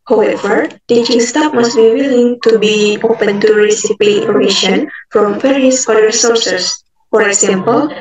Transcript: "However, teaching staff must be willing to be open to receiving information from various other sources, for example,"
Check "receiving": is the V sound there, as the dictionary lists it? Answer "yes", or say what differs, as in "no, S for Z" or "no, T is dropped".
no, P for V